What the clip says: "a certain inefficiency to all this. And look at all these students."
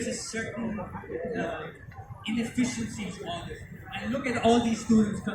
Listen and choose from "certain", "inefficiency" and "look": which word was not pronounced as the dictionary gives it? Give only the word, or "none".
certain